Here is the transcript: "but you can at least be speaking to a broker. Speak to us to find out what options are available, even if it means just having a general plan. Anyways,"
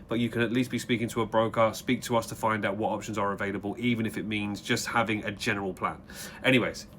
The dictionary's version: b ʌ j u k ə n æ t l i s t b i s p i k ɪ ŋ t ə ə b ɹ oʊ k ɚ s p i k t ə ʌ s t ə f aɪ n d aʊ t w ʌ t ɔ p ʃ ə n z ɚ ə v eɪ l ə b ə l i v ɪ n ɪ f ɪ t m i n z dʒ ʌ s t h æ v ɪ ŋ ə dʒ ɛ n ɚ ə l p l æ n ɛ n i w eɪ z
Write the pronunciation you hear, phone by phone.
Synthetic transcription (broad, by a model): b ʌ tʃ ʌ k ə n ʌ t l i s t b i s p i k ɪ ŋ t ə ə b ɹ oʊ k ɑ s p i k t ə ʌ s t ə f aɪ n d aʊ t w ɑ t ɔ p ʃ ə n z ɚ ə v eɪ l ə b ə l i v ɪ n ɪ f ɪ t m i n z dʒ ʌ s t h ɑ v ɪ ŋ ə dʒ ɛ n ɚ ə l p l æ n ɛ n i w eɪ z